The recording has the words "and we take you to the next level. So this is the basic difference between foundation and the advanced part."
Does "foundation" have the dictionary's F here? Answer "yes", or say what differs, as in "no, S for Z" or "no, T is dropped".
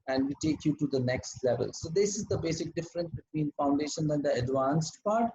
yes